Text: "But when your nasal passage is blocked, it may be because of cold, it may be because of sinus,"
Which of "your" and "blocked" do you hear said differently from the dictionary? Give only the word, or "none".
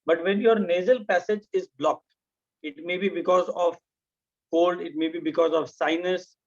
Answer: none